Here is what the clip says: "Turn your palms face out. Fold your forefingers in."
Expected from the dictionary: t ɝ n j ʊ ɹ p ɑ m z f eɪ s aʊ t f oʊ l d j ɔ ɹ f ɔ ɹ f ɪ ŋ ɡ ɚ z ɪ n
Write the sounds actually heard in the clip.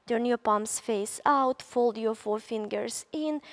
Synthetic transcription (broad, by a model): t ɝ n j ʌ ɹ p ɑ m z f eɪ s aʊ t f oʊ l d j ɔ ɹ f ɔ ɹ f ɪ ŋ ɡ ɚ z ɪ n